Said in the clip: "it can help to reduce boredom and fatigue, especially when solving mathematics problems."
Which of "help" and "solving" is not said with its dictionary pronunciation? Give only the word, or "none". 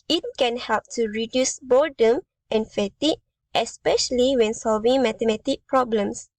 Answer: none